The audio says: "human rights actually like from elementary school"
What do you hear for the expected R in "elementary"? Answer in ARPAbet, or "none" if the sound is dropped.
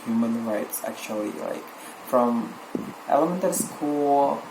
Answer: none